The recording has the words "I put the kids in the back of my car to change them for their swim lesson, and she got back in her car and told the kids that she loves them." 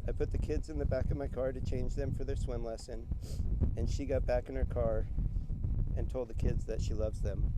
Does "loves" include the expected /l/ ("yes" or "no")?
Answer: yes